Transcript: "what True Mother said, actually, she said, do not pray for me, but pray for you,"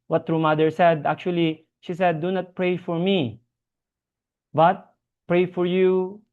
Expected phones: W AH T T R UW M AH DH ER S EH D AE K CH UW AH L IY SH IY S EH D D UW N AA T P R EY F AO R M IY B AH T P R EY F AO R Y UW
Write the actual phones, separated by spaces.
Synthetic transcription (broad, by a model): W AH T T R UW M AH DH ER S EH D AE K CH UW AH L IY SH IY S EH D D UW N AA T P R EY F AO R M IY B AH T P R EY F AO R Y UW